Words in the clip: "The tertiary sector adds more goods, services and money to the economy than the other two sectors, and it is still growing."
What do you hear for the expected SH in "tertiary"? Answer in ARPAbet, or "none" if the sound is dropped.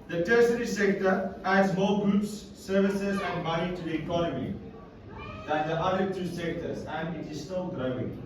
S